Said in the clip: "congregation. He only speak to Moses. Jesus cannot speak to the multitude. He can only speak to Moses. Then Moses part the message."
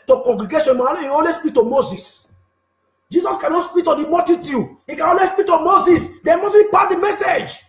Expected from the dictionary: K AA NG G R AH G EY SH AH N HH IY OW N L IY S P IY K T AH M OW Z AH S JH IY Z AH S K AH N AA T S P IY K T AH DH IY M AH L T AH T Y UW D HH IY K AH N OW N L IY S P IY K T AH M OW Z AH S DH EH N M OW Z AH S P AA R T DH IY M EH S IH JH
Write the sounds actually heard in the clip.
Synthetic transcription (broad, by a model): K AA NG G R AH G EY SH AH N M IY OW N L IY S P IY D T AH M OW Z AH S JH IY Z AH S K AH N AA T S P IY K T AH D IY M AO T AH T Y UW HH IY K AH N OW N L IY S P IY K T AH M OW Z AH S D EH M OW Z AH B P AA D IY M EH S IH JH